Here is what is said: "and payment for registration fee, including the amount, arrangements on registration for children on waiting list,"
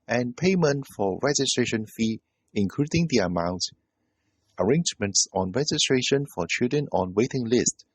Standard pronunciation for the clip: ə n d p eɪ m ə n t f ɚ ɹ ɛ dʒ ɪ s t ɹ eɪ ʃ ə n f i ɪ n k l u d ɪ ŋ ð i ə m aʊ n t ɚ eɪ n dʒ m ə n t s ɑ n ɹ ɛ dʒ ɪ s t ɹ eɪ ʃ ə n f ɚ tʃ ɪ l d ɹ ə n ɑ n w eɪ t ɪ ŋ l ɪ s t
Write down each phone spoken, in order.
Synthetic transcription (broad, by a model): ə n p eɪ m ə n t f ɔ ɹ ɛ dʒ ɪ s t ɹ eɪ ʃ ə n f i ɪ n k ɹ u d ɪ ŋ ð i ə m aʊ n t ɚ eɪ n dʒ m ə n t s ɑ n ɹ ɛ dʒ ɪ s t ɹ eɪ ʃ ə n f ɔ tʃ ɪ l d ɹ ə n ɑ n w eɪ t ɪ ŋ l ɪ s t